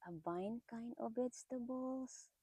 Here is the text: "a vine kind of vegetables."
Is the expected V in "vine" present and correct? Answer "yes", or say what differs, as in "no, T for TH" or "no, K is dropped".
no, B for V